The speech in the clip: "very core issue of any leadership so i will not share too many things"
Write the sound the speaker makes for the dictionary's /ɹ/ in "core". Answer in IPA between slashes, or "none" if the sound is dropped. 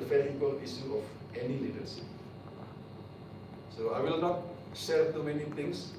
/l/